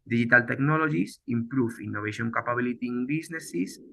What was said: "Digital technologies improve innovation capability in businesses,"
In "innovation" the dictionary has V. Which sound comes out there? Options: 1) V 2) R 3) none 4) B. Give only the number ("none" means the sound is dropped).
4